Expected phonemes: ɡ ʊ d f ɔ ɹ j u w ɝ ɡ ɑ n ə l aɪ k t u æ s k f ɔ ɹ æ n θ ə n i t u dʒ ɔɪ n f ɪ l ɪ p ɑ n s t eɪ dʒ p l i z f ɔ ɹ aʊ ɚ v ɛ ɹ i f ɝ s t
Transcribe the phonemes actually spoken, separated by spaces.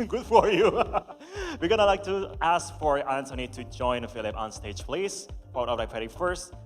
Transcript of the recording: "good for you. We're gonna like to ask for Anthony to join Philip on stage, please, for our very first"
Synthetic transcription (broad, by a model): ɡ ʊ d f ɔ ɹ j u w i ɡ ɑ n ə l aɪ k t u æ s k f ɔ ɹ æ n t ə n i t u dʒ ɔɪ n f ɪ l ɪ p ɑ n s t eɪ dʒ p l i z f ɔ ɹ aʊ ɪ p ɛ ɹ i f ɝ s t